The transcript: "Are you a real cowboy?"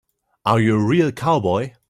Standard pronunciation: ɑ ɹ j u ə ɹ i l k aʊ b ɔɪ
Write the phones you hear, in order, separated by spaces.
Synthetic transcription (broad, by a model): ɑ w j ə ɹ i l k aʊ b ɔɪ